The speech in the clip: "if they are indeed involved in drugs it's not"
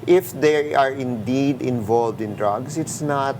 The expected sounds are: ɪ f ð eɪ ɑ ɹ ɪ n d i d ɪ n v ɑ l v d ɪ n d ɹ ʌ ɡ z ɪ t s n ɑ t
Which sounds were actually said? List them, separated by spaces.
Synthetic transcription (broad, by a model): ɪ f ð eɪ ɑ ɹ ɪ n d i d ɪ n v ɑ l v d ɪ n d ɹ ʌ ɡ s ɪ t s n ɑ t